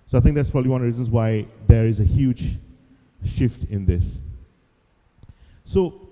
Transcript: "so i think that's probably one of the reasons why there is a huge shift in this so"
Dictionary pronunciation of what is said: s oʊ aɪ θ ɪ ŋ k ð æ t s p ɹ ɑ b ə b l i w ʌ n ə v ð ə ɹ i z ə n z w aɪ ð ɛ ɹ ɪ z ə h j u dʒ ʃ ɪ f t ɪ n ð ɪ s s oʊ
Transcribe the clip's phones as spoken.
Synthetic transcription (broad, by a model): s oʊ aɪ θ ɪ ŋ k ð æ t s p ɹ ɑ b ə b l i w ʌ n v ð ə ɹ i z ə n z w aɪ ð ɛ ɹ ɪ z ə h j u dʒ ʃ ɪ f t ɪ n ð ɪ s s oʊ